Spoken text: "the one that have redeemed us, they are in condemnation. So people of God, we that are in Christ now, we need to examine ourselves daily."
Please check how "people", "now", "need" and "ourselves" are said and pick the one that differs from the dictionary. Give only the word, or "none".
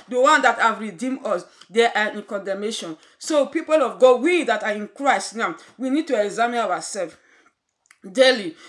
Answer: ourselves